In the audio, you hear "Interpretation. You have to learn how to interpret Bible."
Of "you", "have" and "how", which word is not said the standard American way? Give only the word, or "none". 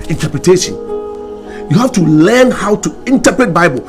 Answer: have